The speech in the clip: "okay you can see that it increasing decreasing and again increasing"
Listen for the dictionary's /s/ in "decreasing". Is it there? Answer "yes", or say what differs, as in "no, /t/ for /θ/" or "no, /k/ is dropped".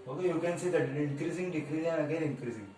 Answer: no, /s/ is dropped